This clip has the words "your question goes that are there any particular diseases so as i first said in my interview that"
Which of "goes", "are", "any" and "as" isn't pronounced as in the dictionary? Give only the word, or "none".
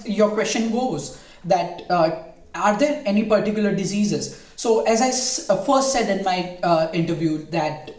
none